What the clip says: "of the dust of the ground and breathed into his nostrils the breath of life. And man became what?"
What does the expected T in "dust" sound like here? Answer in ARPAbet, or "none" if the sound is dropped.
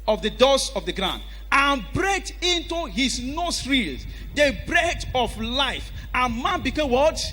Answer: none